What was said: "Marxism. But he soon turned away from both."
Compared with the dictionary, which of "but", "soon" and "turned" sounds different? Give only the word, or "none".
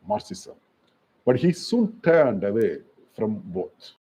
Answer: none